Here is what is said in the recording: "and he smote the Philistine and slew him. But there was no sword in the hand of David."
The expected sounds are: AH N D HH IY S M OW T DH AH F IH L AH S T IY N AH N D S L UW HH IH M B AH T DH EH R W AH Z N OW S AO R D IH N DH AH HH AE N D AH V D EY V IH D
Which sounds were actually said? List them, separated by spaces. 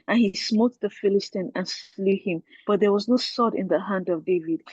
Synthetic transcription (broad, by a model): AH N HH IY S M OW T DH AH F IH L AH S T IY N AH N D S L UW HH IH M B AH T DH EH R W AH Z N OW S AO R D IH N DH AH HH AE N D AH V D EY V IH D